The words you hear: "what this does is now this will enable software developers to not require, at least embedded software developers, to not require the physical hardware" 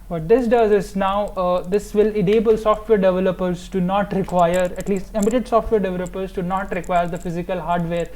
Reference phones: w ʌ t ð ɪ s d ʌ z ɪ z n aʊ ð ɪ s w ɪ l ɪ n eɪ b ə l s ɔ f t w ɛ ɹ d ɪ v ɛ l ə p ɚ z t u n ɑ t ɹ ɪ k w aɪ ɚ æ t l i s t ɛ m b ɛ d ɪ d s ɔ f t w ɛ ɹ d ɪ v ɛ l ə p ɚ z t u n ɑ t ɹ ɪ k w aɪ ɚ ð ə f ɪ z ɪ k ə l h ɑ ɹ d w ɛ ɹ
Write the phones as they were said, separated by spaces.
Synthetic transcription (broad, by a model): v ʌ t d ɪ s d ʌ z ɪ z n aʊ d ɪ s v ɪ l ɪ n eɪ b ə l s ɔ f t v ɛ ɹ d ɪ v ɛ l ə p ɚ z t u n ɑ t ɹ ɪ k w aɪ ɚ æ t l i s t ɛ m ɪ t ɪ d s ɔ f t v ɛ ɹ d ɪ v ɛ l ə p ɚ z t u n ɑ t ɹ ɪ k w aɪ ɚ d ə f ɪ z ɪ k ə l h ɑ ɹ d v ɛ ɹ